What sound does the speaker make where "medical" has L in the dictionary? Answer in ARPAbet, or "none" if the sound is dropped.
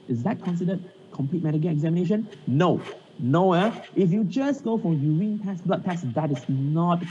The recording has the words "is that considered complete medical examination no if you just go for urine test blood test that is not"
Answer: N